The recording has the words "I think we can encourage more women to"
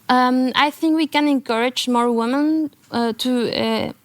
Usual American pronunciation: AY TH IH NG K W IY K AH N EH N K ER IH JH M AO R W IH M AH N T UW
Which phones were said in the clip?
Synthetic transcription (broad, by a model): AY TH IH NG K W IY K AH N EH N K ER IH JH M AO R W IH M AH N T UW